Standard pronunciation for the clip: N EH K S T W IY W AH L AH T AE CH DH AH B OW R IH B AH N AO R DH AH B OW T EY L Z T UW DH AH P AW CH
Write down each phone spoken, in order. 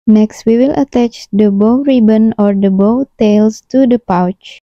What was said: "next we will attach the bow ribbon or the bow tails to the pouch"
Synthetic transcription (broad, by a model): N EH K S T W IY W AH L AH T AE CH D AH B OW R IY B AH N AO R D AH B OW T EY L S T UW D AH P AW CH